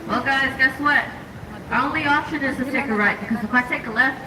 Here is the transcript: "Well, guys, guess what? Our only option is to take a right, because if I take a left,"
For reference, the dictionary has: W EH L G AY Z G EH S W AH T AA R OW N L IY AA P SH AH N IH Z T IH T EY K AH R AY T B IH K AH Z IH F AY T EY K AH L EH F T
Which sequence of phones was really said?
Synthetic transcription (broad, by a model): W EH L G AY Z G EH S W AH T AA OW N L IY AA P SH AH N IH Z T IH T EY K AH R AY T B IH K AH Z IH P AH T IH K AH L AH